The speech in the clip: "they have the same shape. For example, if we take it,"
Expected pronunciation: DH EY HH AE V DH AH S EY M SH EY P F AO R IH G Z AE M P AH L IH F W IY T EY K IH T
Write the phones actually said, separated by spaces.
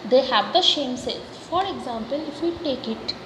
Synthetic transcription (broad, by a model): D EY HH AE V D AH SH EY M S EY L F AO R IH G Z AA M P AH L IH F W IY T EY K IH T